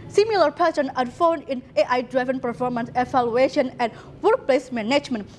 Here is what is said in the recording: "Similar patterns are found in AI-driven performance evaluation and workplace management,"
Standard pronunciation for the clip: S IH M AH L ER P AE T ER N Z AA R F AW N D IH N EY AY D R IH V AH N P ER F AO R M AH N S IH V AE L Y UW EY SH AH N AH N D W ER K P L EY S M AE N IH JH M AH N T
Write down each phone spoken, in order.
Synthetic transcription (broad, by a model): S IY M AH L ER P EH S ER N AA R F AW N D IH N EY AY D R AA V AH N P ER F AO R M AH N S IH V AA L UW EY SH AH N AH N W ER K P L EY S M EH N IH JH M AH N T